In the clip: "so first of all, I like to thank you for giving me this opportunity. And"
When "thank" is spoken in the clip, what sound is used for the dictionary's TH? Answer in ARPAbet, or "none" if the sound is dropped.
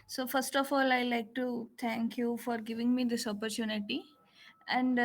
T